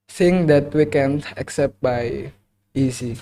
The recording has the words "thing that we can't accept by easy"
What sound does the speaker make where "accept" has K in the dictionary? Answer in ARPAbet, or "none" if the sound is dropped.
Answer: K